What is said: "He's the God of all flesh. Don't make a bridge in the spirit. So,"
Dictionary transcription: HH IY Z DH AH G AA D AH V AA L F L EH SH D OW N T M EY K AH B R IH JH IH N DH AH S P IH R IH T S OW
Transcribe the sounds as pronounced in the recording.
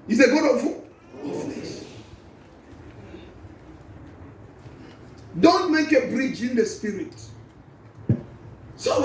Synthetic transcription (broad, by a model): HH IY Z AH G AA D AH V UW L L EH S D OW N T M EY K AH B R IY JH IH N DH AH S P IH R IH T S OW